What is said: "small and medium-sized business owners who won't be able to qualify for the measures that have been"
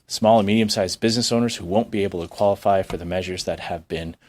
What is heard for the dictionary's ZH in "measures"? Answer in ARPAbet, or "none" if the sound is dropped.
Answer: ZH